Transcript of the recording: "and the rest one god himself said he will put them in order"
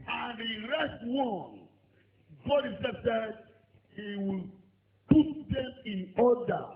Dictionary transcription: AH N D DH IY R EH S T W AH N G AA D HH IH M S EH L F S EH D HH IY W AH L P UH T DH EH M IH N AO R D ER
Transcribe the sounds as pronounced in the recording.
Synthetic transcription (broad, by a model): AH N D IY R EH S T W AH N G AA D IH S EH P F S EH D HH IY W AH L P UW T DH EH M IH N AO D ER